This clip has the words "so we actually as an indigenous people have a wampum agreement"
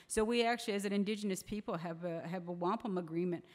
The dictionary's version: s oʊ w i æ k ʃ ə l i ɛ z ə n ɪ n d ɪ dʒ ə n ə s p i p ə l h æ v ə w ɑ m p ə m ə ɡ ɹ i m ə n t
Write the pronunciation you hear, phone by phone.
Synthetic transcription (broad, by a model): s oʊ w i æ k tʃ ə l i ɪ z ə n ɪ n d ɪ dʒ ə n ə s p i p l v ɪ v ə w ɑ m p ə m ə ɡ ɹ i m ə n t